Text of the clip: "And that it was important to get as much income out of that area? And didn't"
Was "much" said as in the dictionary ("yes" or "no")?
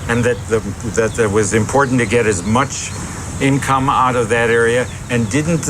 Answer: yes